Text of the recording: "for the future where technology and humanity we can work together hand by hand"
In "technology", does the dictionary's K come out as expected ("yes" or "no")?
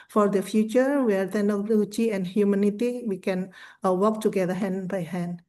no